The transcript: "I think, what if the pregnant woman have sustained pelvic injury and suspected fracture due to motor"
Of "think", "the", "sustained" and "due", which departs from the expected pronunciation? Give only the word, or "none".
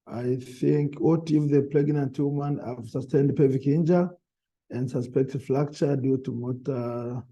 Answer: none